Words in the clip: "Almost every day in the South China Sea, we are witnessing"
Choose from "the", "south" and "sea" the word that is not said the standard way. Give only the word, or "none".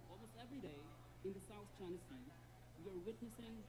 none